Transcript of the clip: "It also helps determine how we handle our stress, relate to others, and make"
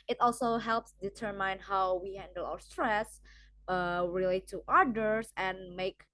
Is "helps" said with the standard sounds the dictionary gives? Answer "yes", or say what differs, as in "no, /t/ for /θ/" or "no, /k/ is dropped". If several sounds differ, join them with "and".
yes